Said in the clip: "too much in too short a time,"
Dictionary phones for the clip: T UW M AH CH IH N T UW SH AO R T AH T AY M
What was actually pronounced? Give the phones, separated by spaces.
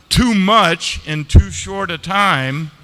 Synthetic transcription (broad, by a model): T UW M AH CH IH N T UW SH AO R T AH T AY M